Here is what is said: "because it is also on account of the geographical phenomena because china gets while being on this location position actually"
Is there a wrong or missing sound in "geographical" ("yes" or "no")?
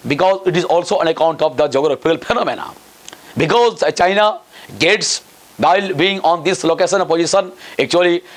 yes